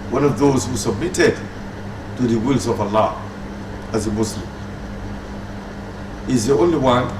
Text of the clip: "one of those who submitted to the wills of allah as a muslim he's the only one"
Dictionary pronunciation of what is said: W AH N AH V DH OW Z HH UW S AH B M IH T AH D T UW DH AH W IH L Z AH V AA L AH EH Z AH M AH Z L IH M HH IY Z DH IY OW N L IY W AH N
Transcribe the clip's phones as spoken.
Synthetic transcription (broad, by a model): W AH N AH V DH OW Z HH UW S AH B M IH T AH D T UW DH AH W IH L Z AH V AA L AH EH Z AH M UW S L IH M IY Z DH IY OW N L IY W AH N